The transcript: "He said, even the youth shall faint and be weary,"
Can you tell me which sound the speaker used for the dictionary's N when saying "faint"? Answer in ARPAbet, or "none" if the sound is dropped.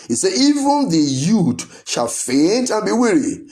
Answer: N